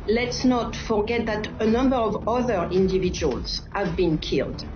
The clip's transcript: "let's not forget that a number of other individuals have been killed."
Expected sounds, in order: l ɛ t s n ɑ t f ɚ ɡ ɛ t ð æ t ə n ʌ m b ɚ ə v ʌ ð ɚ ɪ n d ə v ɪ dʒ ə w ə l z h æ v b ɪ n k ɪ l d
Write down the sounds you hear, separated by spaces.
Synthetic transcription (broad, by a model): l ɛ t s n ɑ t f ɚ ɡ ɛ t ð æ t ə n ʌ m b ɚ ə v ʌ ð ɚ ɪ n d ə v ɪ dʒ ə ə l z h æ v b ɪ n k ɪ l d